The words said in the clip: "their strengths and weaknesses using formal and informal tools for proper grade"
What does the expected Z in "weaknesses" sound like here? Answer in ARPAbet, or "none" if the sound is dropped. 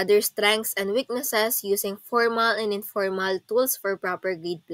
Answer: S